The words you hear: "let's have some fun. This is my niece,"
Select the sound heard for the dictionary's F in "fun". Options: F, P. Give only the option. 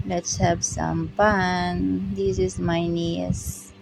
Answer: P